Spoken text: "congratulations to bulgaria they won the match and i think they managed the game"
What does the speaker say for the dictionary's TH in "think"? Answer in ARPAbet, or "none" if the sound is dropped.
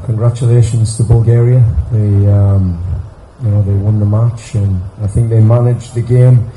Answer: TH